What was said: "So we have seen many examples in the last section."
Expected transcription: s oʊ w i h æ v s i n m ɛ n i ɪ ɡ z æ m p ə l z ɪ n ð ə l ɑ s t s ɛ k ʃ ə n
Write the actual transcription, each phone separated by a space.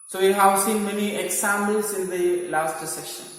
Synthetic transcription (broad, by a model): s oʊ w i h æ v s i n m ɛ n i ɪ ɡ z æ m ə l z ɪ n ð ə l ɑ s t s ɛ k ʃ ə n